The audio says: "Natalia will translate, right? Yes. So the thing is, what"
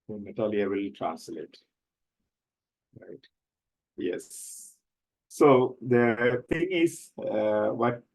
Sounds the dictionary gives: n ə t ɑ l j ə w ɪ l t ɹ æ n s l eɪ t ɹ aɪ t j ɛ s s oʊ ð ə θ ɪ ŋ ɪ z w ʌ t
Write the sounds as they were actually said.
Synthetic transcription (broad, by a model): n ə t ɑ l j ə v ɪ l t ɹ æ n s l eɪ t ɹ aɪ t j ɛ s s oʊ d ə t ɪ ŋ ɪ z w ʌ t